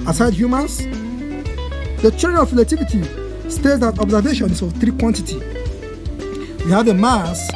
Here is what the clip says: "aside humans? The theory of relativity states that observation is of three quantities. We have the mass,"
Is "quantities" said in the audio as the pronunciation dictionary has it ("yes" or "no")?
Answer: no